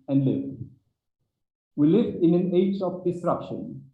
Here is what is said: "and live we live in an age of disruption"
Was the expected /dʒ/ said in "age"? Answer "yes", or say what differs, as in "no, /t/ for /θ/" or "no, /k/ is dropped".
yes